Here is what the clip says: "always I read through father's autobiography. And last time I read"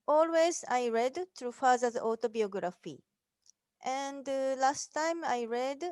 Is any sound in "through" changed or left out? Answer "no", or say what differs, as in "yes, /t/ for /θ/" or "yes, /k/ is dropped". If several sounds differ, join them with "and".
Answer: yes, /t/ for /θ/